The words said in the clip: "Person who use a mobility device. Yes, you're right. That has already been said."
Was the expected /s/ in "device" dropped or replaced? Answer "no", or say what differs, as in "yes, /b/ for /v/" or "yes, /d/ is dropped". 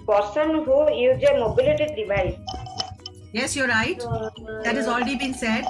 yes, /s/ is dropped